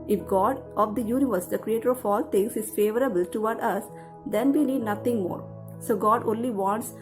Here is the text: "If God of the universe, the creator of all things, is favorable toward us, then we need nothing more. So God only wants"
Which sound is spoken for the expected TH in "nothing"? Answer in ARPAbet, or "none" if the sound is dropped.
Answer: T